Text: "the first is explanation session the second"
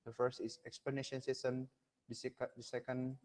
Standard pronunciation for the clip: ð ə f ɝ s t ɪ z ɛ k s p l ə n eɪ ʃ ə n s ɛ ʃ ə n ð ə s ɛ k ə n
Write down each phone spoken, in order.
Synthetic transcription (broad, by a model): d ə f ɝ s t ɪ s ɛ k s p l ə n eɪ ʃ ə n s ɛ s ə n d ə s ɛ k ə n